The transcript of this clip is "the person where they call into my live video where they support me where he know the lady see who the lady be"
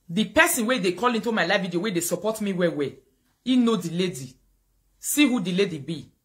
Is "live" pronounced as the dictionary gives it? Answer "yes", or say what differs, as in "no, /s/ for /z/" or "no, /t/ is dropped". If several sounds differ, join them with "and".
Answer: no, /f/ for /v/